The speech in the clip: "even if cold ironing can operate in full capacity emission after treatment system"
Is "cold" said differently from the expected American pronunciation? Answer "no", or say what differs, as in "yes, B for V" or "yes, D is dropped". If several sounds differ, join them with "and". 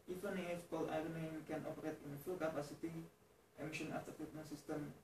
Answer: yes, D is dropped